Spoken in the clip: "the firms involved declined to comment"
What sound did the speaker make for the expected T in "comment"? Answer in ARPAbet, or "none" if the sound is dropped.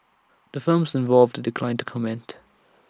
T